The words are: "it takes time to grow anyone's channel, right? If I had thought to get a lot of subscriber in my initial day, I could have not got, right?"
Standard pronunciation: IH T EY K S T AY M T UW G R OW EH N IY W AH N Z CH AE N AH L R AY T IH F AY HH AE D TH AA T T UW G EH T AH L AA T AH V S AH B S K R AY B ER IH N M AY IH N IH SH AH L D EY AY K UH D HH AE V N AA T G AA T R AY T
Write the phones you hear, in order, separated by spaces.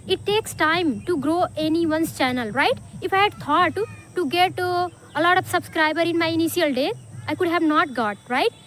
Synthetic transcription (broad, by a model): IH T EY K S T AY M T UW G R OW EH N IY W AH N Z CH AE N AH L R AY T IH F AY HH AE D T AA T T UW G EH T AH L AA T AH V S AH B S K R AY B ER IH N M AY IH N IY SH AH L D EY AY K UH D HH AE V N AA T G AA T R AY T